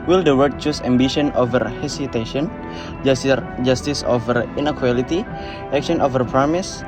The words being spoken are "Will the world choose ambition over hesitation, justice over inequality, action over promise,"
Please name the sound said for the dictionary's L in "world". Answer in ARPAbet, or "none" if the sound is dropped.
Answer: none